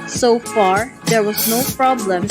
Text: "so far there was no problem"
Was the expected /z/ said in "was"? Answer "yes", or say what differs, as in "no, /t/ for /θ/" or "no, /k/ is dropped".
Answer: yes